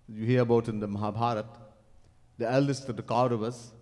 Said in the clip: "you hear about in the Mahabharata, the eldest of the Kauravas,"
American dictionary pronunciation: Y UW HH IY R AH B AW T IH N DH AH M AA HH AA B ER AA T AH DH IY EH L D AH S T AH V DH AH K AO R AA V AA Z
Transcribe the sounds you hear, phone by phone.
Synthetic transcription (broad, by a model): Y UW HH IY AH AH B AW T IH N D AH M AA HH AA B AA T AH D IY EH L D AH S T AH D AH K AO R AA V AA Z